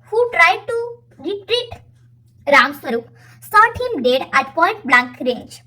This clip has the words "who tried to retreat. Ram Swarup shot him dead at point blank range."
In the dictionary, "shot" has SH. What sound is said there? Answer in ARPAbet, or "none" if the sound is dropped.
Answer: S